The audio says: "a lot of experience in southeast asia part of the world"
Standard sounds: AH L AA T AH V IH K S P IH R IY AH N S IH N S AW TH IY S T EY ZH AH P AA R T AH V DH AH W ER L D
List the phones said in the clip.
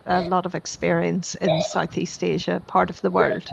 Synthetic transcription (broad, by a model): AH L AA T AH V IH K S P IH R IY AH N S IH N S AW TH IY S T EY ZH AH P AA R T AH V DH AH W ER L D